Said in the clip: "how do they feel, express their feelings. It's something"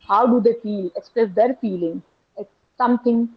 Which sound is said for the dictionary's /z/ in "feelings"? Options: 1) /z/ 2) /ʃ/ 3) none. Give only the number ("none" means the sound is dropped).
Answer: 3